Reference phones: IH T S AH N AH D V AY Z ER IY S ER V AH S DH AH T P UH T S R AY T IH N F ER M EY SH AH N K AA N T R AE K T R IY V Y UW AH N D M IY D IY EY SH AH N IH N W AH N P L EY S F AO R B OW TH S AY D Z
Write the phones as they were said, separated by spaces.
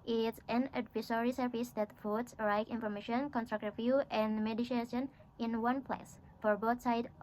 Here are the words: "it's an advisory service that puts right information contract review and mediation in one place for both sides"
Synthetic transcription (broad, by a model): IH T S AH N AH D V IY S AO IY S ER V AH S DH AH T F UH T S R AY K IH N F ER M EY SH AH N K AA N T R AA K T R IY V Y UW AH N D M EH D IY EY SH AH N IH N W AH N P L EY S F AO R B OW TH S AY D